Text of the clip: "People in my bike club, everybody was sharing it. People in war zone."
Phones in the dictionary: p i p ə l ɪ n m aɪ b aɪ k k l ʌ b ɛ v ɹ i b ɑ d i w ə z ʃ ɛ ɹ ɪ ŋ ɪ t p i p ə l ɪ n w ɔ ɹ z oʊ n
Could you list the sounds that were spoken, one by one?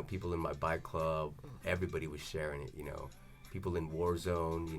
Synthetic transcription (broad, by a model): p i p l ɪ n m aɪ b aɪ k k l ʌ b ɛ v ɹ i b ɑ d i w ə z ʃ ɛ ɹ ɪ ŋ ɪ t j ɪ p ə l ɪ n w ɔ ɹ z oʊ n